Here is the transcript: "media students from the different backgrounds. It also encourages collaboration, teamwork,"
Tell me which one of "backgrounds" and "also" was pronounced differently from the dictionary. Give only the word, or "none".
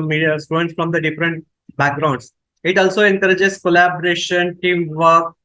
backgrounds